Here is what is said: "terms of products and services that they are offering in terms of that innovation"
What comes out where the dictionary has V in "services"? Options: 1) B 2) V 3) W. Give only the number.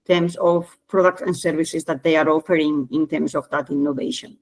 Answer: 1